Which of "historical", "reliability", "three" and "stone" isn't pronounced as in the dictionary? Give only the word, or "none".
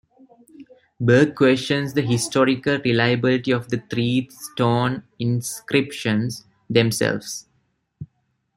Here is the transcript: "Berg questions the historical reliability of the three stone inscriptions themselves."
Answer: three